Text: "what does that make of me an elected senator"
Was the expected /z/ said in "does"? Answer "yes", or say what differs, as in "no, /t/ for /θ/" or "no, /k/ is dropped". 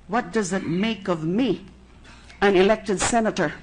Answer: yes